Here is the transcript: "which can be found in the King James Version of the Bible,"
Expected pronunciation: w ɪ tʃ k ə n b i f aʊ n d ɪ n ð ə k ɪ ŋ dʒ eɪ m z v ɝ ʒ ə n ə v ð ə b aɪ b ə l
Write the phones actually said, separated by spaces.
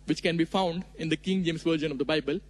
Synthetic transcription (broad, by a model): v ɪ tʃ k ə n b i f aʊ n d ɪ n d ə k ɪ ŋ dʒ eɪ m s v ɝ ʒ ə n ə v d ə b aɪ b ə l